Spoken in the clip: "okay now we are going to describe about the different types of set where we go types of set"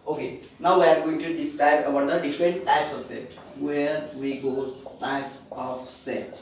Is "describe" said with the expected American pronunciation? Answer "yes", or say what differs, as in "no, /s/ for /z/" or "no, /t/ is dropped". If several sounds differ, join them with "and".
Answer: yes